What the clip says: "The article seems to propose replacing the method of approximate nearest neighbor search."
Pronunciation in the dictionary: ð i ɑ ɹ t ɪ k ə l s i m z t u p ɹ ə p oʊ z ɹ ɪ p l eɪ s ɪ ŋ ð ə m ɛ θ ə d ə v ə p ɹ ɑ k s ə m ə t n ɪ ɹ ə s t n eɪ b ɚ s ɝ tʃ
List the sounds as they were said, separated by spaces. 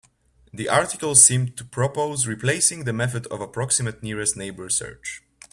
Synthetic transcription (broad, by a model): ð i ɑ ɹ t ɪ k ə l s i m t u p ɹ ə p oʊ z ɹ ɪ p l eɪ s ɪ ŋ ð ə m ɛ θ ə d ə v ə p ɹ ɑ k s ə m ə t n ɪ ɹ ə s t n eɪ b ɚ s ɝ tʃ